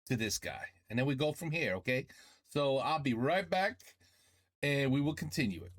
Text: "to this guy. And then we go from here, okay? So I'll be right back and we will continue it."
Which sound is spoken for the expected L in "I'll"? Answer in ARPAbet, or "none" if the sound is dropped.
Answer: L